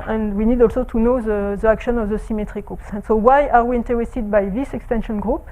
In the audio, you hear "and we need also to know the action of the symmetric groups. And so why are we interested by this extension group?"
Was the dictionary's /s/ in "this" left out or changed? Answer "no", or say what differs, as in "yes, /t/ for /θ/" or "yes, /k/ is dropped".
no